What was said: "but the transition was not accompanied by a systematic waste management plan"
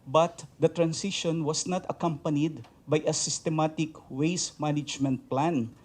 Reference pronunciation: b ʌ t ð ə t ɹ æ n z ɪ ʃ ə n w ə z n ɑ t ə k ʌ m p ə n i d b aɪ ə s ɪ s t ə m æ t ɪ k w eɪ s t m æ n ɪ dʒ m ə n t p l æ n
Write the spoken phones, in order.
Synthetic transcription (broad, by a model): b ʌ t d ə t ɹ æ n s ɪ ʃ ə n w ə s n ɑ t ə k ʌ m p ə n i d b aɪ ə s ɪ s t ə m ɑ t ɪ k w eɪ s m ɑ n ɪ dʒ m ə n t p l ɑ n